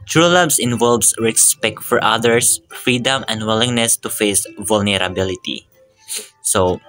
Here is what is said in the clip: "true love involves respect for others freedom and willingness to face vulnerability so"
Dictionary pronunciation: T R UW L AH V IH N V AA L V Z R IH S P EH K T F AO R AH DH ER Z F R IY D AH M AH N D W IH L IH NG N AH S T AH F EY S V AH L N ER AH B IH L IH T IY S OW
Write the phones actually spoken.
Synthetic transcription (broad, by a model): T R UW L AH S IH N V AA L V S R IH S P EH K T F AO R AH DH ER S F R IY D AH M AH N D W IH L IH NG N AH S T AH F EY S V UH L N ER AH B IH L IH T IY S OW